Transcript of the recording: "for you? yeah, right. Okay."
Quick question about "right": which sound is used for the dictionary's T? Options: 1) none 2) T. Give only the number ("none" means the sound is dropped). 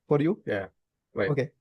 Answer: 1